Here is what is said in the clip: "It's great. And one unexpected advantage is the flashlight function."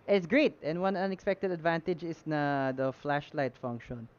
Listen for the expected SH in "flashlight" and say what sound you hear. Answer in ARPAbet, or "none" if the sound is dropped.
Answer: SH